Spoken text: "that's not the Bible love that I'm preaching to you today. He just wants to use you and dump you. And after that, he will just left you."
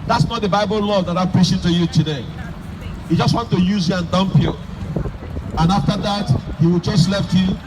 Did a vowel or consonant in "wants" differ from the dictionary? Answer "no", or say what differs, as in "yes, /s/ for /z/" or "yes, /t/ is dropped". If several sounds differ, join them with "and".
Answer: yes, /s/ is dropped